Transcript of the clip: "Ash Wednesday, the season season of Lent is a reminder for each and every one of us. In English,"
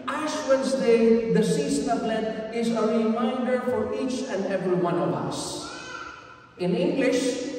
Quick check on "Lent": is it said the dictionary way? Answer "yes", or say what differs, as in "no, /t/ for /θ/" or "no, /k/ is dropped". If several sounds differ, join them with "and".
no, /n/ is dropped